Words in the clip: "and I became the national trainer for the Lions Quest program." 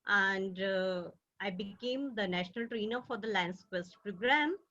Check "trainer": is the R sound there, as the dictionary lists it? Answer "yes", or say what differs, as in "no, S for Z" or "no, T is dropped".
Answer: yes